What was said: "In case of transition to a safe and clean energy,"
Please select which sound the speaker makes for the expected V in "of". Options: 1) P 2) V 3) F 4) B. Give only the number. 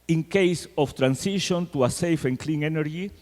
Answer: 3